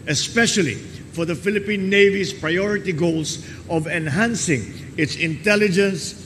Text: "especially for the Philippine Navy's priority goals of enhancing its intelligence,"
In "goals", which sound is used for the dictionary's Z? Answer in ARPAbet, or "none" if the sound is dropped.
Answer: S